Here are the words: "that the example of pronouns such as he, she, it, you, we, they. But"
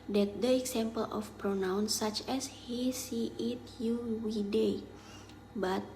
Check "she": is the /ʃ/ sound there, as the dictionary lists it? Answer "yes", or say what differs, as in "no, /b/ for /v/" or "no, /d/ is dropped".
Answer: no, /s/ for /ʃ/